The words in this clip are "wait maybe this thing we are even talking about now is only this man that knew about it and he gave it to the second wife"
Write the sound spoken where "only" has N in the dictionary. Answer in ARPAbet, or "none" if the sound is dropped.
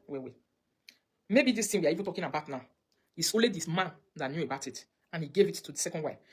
none